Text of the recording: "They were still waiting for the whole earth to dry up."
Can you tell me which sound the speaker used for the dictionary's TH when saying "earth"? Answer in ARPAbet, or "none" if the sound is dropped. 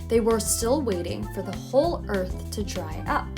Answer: TH